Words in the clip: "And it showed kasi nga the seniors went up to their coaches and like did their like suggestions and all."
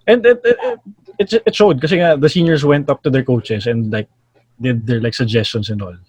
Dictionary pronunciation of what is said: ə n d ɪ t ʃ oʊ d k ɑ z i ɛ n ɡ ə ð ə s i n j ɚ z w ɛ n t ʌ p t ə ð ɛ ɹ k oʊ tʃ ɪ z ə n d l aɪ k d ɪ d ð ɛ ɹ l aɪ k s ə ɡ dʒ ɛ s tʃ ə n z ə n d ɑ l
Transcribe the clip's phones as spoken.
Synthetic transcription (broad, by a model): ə n d ɪ t ʃ oʊ d k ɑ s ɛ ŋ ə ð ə s i n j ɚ s w ɛ n t ʌ p t ə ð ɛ ɹ k oʊ tʃ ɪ s ə n d l aɪ k d ɪ d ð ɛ ɹ l aɪ k s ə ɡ dʒ ɛ s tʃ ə n s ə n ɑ l